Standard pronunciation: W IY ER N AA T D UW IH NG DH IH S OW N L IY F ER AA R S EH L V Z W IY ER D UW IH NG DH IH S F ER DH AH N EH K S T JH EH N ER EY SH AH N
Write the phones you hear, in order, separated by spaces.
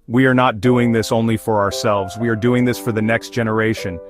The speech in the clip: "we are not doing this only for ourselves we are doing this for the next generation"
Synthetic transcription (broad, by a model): W IY ER N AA T D UW IH NG DH IH S OW N L IY F ER AA R S EH L V Z W IY ER D UW IH NG DH IH S F ER DH AH N EH K S T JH EH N ER EY SH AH N